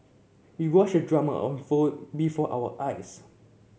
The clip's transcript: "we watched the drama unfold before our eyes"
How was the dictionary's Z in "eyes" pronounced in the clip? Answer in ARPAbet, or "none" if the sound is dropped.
S